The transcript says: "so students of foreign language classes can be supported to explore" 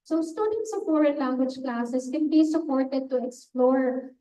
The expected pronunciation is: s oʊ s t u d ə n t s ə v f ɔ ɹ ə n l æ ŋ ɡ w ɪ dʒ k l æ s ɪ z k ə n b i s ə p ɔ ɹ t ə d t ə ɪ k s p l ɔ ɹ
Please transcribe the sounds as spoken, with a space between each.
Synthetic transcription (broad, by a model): s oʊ s t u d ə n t s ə f ɔ ɹ ə n l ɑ ŋ ɡ w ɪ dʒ k l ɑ s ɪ s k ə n b i s ə p ɔ ɹ t ə d t ə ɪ k s p l ɔ ɹ